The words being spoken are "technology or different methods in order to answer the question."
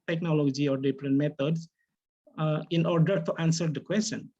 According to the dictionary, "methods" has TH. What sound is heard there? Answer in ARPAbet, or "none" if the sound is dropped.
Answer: T